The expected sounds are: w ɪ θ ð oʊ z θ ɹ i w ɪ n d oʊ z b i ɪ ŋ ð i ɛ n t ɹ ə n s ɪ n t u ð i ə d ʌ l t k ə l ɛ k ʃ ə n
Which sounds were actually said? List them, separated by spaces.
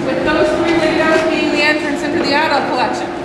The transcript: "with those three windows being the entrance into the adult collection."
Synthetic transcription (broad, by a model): w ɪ ð oʊ z θ ɹ i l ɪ d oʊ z b i ɪ ŋ ð i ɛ n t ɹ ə n s ɪ n t u ð i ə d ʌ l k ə l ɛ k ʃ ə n